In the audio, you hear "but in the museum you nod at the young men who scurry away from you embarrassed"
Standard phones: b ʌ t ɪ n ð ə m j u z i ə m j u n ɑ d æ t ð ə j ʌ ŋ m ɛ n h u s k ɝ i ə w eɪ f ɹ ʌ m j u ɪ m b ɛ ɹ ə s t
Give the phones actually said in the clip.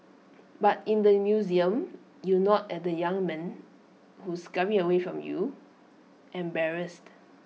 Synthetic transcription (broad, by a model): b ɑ t ɪ n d ə m j u z i ə m j u n ɑ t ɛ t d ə j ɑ ŋ m ɛ n h u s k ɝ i ə w eɪ f ɹ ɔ m j u ɪ m b ɛ ɹ ə s t